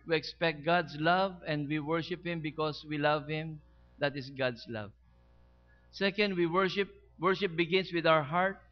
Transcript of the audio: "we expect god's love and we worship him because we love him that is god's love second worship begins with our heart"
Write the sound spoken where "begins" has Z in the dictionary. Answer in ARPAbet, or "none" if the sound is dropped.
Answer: S